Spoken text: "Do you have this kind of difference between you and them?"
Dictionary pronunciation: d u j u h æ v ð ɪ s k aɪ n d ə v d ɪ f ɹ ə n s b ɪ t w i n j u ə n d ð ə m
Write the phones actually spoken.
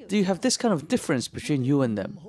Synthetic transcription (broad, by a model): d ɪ j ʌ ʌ v ð ɪ s k aɪ n d ə v d ɪ f ɹ ə n s b ɪ t w i n j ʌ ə n ð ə m